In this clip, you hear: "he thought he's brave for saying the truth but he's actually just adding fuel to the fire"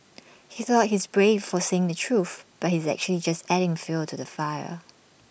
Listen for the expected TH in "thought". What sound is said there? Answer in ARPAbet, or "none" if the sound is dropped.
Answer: TH